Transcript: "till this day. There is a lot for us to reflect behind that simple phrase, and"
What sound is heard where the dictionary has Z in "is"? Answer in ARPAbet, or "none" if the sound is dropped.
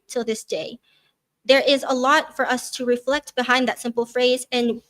Z